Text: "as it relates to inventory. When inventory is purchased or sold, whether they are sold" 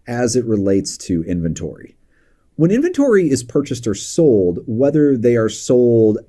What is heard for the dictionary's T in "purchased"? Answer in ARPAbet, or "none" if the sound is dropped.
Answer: T